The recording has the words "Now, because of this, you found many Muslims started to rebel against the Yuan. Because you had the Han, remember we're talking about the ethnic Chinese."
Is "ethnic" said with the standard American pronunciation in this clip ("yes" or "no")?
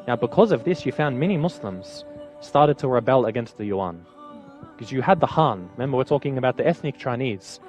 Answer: yes